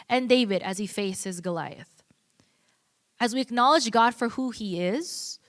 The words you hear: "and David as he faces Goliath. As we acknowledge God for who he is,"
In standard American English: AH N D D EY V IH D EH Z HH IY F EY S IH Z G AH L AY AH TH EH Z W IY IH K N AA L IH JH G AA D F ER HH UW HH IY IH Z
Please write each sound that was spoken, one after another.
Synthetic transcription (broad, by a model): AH N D D EY V IH D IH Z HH IY F EY S IH Z G AH L AY AH TH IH Z W IY IH K N AA L IH JH G AA D F ER HH UW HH IY IH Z